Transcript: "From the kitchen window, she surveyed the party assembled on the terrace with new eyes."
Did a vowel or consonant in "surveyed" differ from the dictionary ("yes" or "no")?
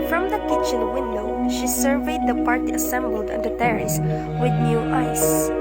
no